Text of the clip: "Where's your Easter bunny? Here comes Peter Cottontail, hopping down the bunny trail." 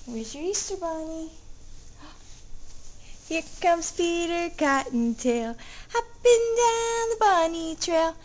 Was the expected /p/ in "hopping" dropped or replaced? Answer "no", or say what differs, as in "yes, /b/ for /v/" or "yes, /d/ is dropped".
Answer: yes, /b/ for /p/